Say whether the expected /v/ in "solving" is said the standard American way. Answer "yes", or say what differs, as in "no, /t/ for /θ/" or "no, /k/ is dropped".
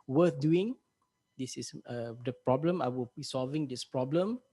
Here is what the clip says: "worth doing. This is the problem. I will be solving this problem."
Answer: yes